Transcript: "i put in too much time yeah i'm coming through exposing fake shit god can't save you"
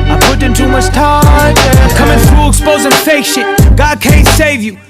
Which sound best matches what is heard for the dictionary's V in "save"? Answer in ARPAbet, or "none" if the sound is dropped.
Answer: V